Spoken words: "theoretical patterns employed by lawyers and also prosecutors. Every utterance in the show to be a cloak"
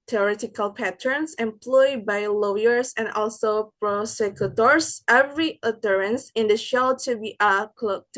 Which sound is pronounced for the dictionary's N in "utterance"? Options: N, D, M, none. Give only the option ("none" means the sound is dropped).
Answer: N